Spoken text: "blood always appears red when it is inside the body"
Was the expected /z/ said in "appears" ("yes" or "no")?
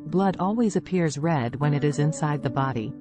yes